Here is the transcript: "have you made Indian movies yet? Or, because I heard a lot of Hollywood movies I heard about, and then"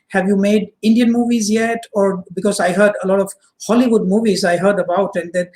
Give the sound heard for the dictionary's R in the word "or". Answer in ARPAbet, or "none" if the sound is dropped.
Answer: R